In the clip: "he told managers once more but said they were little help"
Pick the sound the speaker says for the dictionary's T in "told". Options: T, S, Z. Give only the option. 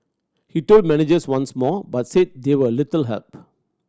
T